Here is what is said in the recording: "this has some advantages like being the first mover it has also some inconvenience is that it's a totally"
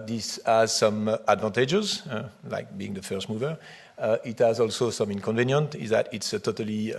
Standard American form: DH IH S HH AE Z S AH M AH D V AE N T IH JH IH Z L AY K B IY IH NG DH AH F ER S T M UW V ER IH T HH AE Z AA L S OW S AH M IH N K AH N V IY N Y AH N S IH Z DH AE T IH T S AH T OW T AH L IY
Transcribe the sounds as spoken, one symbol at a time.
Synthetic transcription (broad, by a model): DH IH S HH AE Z S AH M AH D V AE N T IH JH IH Z L AY K B IY IH NG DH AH F ER S T M UW V ER IH T HH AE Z AA L S OW S AH M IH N K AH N V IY N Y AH N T IH Z DH AE T IH T S AH T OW T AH L IY